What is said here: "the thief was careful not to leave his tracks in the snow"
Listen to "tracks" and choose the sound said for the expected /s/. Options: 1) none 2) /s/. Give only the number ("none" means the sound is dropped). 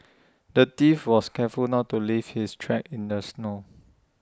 1